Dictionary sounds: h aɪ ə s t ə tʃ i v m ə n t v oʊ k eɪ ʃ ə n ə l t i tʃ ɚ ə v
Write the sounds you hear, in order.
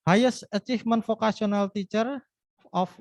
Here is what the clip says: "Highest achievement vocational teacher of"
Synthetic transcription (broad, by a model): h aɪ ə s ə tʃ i f m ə n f oʊ k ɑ s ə n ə l t i tʃ ɚ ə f